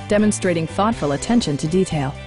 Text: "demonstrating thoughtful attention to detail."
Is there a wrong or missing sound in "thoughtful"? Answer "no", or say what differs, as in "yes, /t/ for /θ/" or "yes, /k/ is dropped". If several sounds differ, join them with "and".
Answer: no